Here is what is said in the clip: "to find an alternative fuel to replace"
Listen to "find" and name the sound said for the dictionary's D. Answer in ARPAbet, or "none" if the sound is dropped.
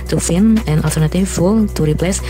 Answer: none